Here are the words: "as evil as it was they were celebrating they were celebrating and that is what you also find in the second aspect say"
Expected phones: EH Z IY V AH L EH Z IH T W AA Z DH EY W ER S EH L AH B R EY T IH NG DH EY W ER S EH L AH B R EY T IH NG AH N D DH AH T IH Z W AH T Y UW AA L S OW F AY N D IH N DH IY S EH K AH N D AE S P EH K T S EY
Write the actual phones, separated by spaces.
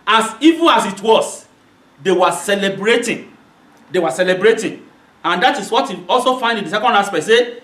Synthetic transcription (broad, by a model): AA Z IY V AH N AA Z IH T W AA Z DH EY W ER S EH L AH B R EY T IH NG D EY W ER S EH L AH B R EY T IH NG AH N D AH T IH S W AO T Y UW AA L S OW F AY N D IH N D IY S EH K AH N D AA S P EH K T S EY